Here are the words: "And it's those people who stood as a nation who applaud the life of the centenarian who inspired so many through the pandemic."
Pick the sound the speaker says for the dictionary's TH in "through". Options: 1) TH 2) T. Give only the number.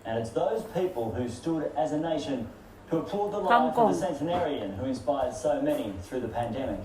1